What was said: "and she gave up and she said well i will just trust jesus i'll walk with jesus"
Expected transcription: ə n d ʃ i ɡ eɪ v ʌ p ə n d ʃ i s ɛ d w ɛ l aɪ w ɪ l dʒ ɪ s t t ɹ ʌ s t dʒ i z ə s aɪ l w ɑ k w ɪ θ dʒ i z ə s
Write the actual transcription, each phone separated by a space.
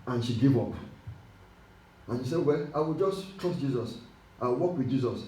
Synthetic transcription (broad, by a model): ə n ʃ i ɡ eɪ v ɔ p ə n ʃ i s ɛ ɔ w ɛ aɪ w ɪ l dʒ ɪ s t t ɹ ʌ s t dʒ i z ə s aɪ w w ɑ k w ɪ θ dʒ i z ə s